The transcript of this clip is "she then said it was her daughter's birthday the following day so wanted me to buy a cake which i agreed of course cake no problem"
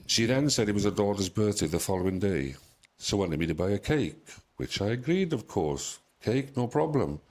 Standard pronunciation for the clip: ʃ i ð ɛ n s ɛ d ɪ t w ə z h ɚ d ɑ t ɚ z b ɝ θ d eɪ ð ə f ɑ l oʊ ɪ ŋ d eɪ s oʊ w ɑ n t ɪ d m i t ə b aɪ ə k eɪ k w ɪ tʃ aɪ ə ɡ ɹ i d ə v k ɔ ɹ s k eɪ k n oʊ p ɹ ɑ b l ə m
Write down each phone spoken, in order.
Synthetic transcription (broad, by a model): ʃ i ð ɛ n s ɛ d ɪ t w ə z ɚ d ɑ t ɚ z b ɝ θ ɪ ð ə f ɑ l oʊ ɪ ŋ d eɪ s oʊ w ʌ n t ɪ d m i t ə b aɪ ə k eɪ k w ɪ tʃ aɪ ə ɡ ɹ i d ə v k ɔ ɹ s k eɪ k n oʊ p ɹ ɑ b l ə m